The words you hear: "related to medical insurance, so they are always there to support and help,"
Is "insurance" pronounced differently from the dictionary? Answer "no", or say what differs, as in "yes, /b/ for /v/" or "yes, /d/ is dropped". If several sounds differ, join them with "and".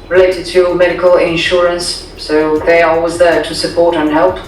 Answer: no